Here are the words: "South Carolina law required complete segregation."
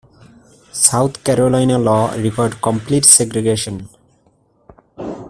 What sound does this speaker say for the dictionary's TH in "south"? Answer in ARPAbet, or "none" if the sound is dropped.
T